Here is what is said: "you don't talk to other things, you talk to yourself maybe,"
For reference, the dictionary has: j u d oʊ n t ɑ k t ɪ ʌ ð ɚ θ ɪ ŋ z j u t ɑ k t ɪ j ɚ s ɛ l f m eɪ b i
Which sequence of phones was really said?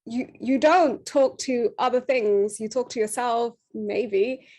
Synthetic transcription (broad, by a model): j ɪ d oʊ n t ɑ k t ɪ ʌ ð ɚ θ ɪ ŋ z j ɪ t ɑ k t ɪ j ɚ s ɛ l f m eɪ b i